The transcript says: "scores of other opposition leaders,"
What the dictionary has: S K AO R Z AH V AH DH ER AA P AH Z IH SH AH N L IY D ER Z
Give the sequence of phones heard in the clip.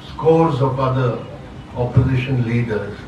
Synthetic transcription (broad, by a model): S K AO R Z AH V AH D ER AA P AH Z IH SH AH N L IY D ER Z